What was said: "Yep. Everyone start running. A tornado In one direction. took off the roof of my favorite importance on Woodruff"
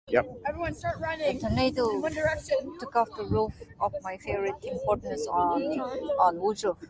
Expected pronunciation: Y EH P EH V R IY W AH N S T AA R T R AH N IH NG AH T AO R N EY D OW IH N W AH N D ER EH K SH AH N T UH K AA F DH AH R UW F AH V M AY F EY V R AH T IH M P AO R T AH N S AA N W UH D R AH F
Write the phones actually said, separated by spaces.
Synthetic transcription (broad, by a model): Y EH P EH V R IY W AH N S T AA R T R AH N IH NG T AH N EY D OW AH L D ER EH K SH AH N T UH K AA F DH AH R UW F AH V M AY F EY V R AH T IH M P AO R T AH N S AA N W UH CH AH